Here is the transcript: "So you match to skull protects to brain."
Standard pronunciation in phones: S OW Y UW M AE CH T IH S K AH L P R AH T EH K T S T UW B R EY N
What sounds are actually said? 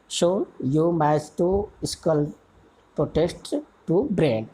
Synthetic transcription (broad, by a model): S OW Y UW M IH S T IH S K AH L P R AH T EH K T T UW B R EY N